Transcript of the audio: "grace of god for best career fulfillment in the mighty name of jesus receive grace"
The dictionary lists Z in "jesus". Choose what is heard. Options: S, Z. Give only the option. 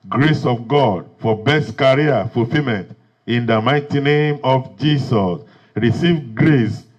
S